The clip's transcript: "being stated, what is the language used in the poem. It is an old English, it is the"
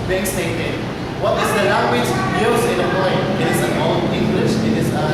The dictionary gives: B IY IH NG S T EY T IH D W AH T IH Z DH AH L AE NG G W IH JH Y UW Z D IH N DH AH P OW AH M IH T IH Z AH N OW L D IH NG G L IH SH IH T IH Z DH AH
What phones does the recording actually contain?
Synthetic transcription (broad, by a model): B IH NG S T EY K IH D W AH T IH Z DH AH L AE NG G W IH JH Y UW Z IH N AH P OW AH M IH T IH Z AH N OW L IH NG G L IH SH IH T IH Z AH